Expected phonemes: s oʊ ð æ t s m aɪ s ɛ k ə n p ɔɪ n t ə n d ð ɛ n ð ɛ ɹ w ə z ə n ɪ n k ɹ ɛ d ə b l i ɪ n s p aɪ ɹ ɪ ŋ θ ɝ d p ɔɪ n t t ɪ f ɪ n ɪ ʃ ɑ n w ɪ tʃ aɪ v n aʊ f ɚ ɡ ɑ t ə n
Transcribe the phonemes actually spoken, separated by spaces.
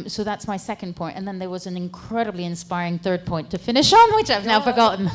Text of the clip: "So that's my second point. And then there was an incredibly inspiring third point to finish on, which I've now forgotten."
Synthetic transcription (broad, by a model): s oʊ ð æ t s m aɪ s ɛ k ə n p ɔɪ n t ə n ð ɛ n ð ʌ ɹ w ə z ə n ɪ n k ɹ ɛ d ə b l i ɪ n s p aɪ ɹ ɪ ŋ θ ɝ d p ɔɪ n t t ɪ f ɪ n ɪ ʃ n w ɪ tʃ aɪ v n aʊ f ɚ ɡ ɑ t n